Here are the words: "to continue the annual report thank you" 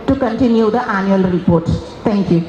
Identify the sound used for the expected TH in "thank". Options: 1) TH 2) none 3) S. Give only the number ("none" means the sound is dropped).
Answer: 3